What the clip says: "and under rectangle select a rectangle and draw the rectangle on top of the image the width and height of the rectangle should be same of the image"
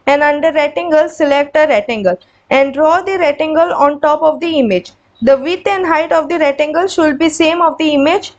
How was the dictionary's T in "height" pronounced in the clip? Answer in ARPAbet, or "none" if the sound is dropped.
T